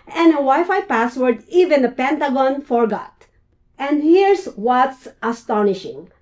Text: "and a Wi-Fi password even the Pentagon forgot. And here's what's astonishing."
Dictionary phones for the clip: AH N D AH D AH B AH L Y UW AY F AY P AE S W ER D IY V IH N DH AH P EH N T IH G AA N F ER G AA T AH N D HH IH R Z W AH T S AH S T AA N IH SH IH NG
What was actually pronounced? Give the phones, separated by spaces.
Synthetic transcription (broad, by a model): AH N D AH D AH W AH Y F AY P AE S W ER D IY V IH N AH P EH N T IH G AA N F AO G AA T AH N D HH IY R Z W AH T S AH S T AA N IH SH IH NG